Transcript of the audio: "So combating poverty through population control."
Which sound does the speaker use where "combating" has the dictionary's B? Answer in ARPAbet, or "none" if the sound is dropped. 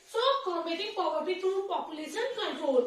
none